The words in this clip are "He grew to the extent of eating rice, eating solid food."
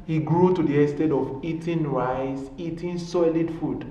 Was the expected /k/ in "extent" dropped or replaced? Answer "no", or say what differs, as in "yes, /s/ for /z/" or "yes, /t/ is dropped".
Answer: yes, /k/ is dropped